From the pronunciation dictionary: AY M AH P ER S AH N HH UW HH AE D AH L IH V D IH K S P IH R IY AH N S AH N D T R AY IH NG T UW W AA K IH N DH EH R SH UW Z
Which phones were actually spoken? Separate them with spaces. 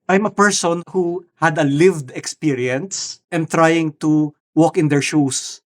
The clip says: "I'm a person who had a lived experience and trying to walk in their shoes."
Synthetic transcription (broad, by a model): AY M AH P ER S AH N HH UW HH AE D AH L IH V D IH K S P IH R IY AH N S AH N T R AY IH NG T UW W AA K IH N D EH R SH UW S